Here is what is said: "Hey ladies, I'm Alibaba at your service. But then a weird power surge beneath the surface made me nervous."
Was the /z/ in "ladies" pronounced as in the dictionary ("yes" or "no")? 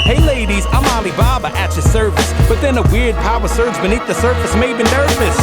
yes